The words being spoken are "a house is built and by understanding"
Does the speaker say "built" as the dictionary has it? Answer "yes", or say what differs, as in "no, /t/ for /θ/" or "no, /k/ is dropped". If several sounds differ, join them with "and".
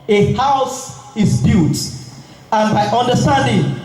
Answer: no, /l/ is dropped